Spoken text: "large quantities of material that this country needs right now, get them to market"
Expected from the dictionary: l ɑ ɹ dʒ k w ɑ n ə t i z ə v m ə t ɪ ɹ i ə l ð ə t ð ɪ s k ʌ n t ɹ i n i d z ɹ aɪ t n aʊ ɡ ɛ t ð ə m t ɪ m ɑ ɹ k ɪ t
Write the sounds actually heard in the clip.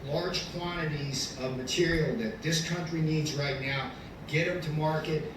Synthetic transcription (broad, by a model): l ɑ ɹ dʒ k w ɑ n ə t i z ə v m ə t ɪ ɹ i l ð ə t ð ɪ s k ʌ n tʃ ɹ i n i d z ɹ aɪ t n aʊ ɡ ɛ t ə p t ɪ m ɑ ɹ k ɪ t